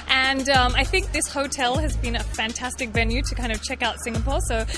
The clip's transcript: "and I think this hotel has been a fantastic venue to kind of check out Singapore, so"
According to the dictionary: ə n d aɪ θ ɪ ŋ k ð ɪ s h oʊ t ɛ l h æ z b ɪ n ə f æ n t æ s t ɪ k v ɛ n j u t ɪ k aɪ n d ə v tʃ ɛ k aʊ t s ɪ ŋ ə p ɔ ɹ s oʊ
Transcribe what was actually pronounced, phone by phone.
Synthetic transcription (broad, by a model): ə n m aɪ θ ɪ ŋ k ð ɪ s h oʊ t ɛ l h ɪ z b ɪ n ə f æ n t æ s t ɪ k v ɛ n j u t ɪ k aɪ n d ə v tʃ ɛ k aʊ t s ɪ ŋ ə p ɔ ɹ s oʊ